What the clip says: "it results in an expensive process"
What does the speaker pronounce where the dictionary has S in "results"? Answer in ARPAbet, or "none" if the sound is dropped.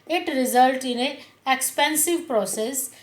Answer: none